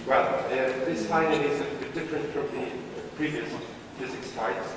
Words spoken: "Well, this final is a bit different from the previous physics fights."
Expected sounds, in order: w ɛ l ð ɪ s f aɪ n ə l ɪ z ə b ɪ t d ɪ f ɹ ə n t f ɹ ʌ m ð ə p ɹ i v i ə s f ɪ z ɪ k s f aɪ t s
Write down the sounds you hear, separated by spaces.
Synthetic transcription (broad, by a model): w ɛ l ð ɪ s aɪ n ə n ɪ z ə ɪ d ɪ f ɹ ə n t f ɹ ʌ m ð ə p ɹ i v i ə s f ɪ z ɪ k s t aɪ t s